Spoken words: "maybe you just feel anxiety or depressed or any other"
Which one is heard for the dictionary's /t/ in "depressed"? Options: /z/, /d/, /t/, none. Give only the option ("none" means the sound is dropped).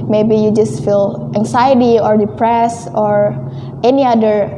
none